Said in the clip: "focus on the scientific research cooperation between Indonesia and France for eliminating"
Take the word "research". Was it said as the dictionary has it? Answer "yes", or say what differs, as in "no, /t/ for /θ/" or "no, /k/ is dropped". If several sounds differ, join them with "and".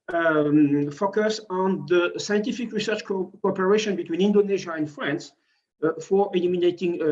yes